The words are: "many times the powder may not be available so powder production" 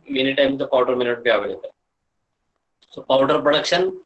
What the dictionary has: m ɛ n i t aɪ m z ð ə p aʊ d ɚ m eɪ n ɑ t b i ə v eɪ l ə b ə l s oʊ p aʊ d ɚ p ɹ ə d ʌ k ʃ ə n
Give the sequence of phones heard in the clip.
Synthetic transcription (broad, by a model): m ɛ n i t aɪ m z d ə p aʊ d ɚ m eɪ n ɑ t b i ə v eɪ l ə ə s oʊ p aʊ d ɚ p ɹ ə d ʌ k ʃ ə n